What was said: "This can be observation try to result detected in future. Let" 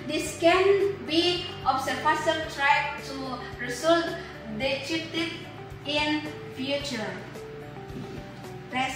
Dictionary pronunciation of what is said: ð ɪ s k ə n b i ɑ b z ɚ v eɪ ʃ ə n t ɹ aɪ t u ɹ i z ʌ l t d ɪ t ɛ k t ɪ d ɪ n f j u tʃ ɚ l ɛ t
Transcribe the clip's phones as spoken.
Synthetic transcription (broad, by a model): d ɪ s k ə n b i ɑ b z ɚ f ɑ s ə l t ɹ aɪ t u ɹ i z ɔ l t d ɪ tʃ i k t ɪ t ɪ n f j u tʃ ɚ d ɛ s